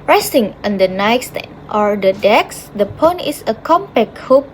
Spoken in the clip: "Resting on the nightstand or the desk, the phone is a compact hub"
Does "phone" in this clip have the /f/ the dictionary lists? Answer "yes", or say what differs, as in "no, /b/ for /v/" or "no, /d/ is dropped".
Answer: no, /p/ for /f/